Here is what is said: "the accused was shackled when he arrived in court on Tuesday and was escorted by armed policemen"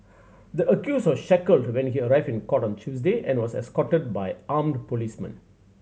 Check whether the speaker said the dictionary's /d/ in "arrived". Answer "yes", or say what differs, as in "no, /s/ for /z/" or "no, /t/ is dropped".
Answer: no, /d/ is dropped